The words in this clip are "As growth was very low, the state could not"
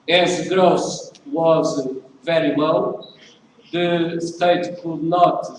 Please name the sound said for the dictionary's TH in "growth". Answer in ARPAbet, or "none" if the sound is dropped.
S